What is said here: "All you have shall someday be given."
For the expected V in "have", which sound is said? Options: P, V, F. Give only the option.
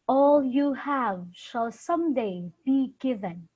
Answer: V